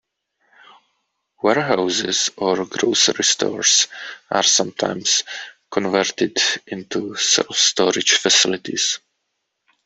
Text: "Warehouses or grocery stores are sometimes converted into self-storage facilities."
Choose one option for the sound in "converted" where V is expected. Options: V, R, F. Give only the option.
V